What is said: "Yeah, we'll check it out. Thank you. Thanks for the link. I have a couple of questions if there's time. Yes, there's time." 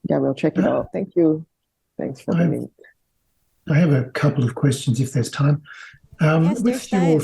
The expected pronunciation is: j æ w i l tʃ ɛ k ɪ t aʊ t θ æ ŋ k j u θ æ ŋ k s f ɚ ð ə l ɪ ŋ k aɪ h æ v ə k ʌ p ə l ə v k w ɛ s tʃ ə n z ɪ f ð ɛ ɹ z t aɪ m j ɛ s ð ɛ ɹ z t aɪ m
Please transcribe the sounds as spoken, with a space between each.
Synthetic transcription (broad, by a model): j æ w i l tʃ ɛ k ɪ t aʊ t θ æ ŋ k j u θ æ ŋ k s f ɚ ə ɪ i aɪ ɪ v ə k ʌ p l ə v k w ɛ s tʃ ə n z ɪ f ð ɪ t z t aɪ m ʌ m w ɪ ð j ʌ